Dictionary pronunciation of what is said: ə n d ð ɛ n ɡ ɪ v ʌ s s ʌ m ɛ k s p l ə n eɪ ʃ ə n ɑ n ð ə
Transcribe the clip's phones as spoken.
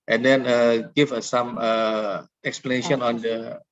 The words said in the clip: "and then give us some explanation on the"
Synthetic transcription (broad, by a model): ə n d ɛ n ɡ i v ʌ s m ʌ ɛ k s p l ə n eɪ ʃ ə n ɑ n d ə